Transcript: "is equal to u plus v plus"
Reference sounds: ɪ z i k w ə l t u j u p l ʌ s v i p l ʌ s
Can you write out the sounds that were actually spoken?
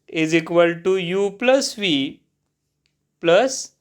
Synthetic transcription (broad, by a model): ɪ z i k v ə l t u j u p l ʌ s v i p l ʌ s